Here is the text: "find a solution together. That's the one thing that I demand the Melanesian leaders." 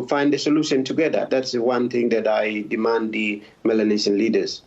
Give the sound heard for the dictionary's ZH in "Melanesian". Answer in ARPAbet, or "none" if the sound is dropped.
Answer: SH